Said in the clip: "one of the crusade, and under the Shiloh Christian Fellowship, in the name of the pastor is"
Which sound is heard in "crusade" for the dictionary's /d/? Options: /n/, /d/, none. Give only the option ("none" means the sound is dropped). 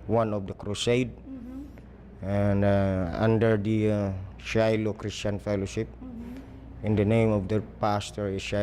/d/